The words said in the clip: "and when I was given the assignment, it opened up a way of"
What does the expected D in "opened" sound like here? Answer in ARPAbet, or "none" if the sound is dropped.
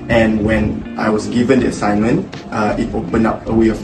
none